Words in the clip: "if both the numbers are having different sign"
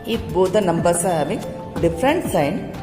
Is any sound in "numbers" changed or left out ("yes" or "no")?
yes